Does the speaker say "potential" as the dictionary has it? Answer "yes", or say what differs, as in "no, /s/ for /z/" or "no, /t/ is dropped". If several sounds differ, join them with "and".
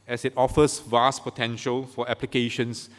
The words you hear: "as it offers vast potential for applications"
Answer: yes